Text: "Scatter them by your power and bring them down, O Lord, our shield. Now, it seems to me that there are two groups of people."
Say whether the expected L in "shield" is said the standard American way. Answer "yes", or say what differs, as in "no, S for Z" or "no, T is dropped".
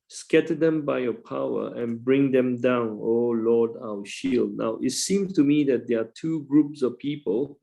yes